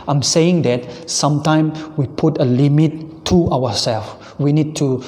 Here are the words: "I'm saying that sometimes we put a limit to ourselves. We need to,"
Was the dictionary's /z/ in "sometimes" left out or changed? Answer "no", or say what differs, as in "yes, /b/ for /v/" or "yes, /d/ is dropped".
yes, /z/ is dropped